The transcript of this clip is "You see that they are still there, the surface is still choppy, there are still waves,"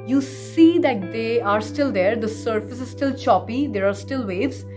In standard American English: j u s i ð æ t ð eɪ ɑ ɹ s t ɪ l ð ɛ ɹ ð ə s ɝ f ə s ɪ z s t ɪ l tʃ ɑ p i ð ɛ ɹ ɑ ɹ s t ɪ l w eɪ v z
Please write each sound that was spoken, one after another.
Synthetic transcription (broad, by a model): j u s i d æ t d eɪ ɑ ɹ s t ɪ l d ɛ ɹ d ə s ɝ f ə s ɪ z s t ɪ l tʃ ɑ p i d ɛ ɹ ɑ ɹ s t ɪ l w eɪ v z